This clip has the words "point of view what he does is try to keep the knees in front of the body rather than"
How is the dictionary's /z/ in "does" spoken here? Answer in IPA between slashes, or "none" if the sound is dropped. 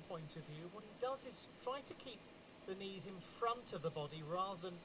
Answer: /z/